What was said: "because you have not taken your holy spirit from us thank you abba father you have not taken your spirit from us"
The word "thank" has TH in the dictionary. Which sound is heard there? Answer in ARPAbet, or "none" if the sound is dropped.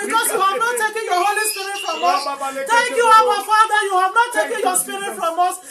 T